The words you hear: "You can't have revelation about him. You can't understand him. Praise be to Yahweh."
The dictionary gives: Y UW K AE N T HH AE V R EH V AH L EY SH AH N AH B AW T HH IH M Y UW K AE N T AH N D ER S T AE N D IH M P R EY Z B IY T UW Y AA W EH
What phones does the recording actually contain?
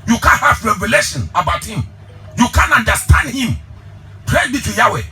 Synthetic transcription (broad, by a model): Y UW K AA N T HH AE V R EH V AH L EY SH AH N AH B AW T HH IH M Y UW K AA N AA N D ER S T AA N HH IH M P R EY B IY T UW Y AA W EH